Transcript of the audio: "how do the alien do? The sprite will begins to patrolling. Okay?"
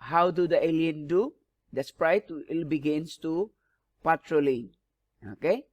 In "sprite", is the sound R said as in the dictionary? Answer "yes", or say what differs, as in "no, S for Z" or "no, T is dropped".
yes